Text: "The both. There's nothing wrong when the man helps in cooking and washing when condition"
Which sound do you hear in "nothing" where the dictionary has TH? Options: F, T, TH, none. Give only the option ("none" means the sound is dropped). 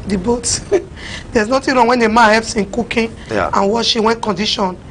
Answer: T